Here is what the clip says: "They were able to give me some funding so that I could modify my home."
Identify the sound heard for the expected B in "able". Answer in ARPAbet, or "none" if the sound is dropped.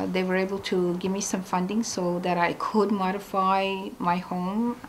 B